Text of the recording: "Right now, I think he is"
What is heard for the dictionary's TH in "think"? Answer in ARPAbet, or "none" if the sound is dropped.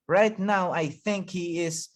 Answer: TH